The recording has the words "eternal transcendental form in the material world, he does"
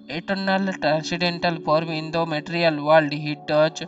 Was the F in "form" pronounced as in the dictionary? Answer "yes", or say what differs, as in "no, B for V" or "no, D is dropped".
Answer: no, P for F